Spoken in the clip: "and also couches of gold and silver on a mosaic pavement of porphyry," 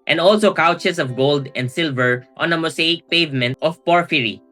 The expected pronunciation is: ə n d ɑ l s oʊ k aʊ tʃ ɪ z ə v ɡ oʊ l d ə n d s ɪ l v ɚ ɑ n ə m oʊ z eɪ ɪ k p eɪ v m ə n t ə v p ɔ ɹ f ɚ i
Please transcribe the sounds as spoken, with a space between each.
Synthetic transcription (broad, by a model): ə n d ɑ l s oʊ k aʊ tʃ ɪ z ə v ɡ oʊ l d ə n d s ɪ l v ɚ ɑ n ə m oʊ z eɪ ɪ k p eɪ v m ə n t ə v p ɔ ɹ f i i